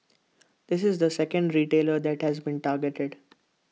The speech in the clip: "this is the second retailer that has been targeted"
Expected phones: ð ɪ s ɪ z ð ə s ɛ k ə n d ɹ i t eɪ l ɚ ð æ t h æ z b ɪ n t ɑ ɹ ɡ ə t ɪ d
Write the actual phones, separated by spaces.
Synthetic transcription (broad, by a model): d ɪ s ɪ z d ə s ɛ k ə n d ɹ i t eɪ l ɚ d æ t h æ z b ɪ n t ɑ ɹ ɡ ə t ɪ d